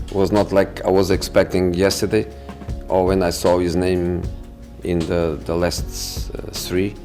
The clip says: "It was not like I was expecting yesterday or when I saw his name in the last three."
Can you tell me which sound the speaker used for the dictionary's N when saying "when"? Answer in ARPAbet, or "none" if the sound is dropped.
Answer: N